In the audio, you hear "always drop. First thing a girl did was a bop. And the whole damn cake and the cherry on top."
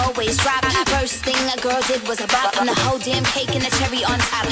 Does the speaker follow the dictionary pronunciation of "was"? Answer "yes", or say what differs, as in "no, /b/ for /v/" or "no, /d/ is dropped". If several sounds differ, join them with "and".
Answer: yes